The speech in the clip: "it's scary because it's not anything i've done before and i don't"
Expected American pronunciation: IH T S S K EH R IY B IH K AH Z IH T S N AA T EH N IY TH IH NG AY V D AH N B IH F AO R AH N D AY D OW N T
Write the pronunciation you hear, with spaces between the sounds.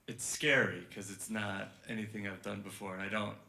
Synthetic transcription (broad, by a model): IH T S S K EH R IY K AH Z IH T S N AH T EH N IY TH IH NG AY V D AH N B IH F AO R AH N AY D OW N T